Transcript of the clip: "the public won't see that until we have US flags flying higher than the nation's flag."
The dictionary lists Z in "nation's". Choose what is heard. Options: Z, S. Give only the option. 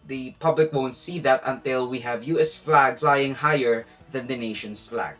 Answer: S